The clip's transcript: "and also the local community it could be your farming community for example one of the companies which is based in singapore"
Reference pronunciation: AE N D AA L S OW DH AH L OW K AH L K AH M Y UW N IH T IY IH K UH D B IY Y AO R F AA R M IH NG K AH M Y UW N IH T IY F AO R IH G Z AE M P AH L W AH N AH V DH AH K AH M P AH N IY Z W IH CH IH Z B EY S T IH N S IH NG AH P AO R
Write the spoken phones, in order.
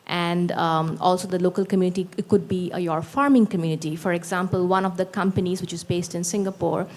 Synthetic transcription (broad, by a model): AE N D AA L S OW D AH L OW K AH L K AH M Y UW N IH T IY K UH D B IY Y AO R F AA R M IH NG K AH M Y UW N IH T IY F AO R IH G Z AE M P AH L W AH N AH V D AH K AH M P AH N IY Z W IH CH IH Z B EY S T IH N S IH NG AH P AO R